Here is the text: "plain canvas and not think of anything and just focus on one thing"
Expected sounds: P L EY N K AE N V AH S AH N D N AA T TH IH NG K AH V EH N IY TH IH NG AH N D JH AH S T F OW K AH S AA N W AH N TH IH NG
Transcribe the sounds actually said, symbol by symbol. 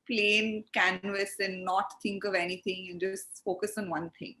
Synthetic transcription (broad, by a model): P L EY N K AE N V AH S AH N D N AA T T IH NG K AH V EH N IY T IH NG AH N JH AH S T F OW K AH S AA N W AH N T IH NG